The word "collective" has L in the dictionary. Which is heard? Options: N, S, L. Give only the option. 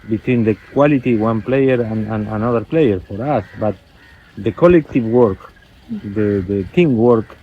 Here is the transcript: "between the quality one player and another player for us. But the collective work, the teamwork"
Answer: L